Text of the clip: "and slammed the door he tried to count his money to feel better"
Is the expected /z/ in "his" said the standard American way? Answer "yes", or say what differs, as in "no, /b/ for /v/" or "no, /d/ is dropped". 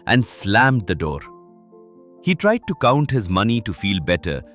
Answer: yes